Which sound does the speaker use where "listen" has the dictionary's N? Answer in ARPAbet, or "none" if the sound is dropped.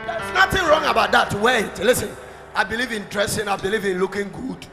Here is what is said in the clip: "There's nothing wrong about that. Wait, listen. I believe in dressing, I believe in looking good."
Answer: N